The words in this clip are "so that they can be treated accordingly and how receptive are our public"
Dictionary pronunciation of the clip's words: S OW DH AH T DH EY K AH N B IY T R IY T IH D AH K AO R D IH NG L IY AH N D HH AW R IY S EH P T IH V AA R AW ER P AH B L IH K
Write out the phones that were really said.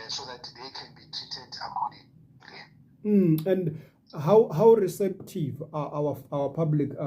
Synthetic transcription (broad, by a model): S OW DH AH T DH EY K AH N B IY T IY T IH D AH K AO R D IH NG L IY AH N D HH AW R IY S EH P T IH V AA W AW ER P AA B L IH K